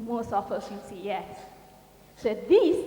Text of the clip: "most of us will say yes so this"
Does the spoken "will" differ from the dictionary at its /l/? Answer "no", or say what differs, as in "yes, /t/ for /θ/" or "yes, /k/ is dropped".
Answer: yes, /n/ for /l/